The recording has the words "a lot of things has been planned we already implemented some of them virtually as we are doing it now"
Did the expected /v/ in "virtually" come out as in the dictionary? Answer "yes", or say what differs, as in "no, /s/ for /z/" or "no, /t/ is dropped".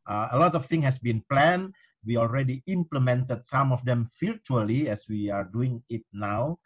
no, /f/ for /v/